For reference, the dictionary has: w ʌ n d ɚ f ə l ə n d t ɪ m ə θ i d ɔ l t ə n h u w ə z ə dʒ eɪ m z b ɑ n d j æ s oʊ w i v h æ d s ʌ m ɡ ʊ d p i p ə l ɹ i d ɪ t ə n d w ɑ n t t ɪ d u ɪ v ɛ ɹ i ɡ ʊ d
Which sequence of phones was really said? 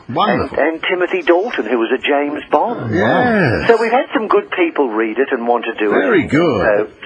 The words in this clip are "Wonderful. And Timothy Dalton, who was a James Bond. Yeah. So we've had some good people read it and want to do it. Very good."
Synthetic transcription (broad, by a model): w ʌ n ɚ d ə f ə n t ɪ m ə θ i d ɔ l t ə n h u w ə z ə dʒ eɪ m z b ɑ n j æ s oʊ w i v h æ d s ʌ m ɡ ʊ d p i p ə l ɹ i d ɪ t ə n w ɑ n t t ɪ d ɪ ɪ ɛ ɹ i ɡ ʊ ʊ